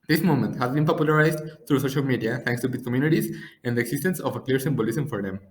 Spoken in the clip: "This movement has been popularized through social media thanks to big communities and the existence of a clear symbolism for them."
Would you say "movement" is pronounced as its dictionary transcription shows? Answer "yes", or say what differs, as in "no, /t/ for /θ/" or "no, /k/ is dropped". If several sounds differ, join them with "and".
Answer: no, /v/ is dropped